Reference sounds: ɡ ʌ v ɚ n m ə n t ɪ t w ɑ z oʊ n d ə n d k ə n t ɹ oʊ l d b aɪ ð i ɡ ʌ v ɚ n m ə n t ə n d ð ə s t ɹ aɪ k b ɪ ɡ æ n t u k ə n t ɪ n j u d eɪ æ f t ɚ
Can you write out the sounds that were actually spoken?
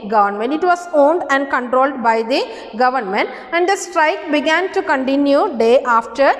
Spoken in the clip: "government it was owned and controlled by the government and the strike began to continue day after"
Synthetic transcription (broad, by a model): ɡ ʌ v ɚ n m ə n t ɪ t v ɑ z oʊ n d ə n d k ə n t ɹ oʊ l d b aɪ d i ɡ ʌ v ɚ n m ə n t ə n d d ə s t ɹ aɪ k b ɪ ɡ æ n t u k ə n t ɪ n j u d eɪ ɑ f t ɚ